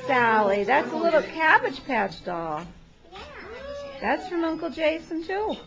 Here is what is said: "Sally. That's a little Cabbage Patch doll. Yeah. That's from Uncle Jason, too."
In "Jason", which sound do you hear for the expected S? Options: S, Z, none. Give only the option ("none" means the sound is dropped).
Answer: S